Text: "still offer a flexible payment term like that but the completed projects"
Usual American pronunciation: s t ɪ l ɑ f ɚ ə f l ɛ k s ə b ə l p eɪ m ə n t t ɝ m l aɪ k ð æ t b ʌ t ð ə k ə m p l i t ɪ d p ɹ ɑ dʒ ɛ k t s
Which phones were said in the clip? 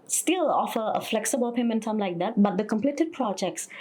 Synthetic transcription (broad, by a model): s t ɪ l ɑ f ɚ ə f l ɛ k s ə b ə l p eɪ m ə n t s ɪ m l aɪ k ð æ t b ʌ t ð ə k ə m p l i t ɪ d p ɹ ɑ dʒ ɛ k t s